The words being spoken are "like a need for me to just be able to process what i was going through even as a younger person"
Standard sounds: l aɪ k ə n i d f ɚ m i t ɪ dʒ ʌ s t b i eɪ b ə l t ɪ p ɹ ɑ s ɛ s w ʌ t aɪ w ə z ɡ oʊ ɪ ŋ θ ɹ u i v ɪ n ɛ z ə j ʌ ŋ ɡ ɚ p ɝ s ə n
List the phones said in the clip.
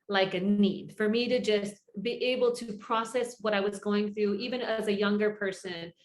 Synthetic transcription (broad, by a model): l aɪ k ə n i d f ɚ m i t ɪ dʒ ʌ s t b i eɪ b l t ɪ p ɹ ɑ s ɛ s w ʌ t aɪ w ə z ɡ oʊ ɪ ŋ θ ɹ u i v ɪ n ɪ z ə j ʌ ŋ ɡ ɚ p ɝ s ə n